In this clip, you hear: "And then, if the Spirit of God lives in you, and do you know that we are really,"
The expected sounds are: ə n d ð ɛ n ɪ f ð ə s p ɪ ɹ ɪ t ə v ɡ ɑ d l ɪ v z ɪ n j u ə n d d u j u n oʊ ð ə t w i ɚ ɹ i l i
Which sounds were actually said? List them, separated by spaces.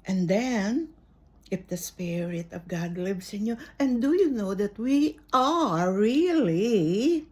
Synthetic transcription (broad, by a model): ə n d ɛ n ɪ f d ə s p ɪ ɹ ɪ t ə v ɡ ɑ d l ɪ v s ɪ n j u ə n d d u j u n oʊ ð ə t w i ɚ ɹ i l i